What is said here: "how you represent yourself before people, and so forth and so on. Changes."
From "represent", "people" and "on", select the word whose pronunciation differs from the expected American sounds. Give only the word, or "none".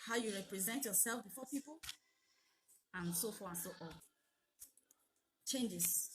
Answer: on